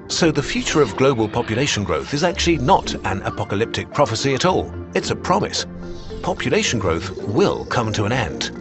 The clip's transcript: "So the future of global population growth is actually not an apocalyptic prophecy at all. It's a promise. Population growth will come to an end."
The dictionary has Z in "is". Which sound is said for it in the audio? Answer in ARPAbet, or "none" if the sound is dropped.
Z